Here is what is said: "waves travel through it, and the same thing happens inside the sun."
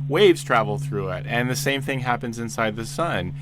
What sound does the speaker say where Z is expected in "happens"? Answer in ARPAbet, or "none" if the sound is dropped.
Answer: Z